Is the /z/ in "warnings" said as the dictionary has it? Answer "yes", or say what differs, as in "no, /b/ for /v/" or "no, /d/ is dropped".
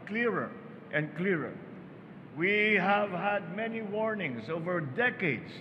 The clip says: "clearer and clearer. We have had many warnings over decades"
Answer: no, /s/ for /z/